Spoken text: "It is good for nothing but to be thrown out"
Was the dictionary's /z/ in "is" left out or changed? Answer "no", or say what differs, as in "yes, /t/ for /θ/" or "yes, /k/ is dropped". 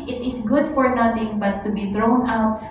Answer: yes, /s/ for /z/